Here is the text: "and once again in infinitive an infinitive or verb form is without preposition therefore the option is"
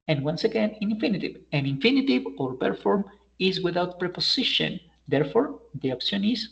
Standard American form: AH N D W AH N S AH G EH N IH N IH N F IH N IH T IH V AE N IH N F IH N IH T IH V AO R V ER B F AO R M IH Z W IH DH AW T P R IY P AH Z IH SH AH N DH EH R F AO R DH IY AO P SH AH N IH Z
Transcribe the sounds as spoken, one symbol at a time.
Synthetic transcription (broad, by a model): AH N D W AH N S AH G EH N IH N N F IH N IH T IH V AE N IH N F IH N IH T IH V AO R P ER F AO R M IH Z W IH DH AW T P R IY P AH S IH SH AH N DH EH R F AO R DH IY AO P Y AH N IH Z